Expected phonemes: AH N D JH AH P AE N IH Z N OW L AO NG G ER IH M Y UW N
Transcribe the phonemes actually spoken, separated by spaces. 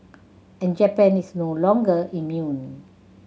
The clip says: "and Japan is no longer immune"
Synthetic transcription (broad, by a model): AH N JH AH P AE N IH S N OW L AO NG G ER IH M Y UW N